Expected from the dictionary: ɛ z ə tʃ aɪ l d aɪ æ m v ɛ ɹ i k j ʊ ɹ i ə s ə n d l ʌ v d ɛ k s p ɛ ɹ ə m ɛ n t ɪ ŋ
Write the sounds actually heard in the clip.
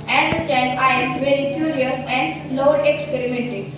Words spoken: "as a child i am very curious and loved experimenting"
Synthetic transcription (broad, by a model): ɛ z ə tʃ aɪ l aɪ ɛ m v ɛ ɹ i k j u ɹ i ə s ə n d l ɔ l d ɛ k s p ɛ ɹ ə m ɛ n t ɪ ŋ